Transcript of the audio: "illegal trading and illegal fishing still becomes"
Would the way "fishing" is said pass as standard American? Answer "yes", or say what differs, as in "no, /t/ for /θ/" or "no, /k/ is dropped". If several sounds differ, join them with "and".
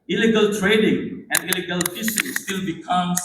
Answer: no, /s/ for /ʃ/